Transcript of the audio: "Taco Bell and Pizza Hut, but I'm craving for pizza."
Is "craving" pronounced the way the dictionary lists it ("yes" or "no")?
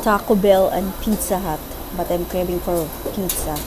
no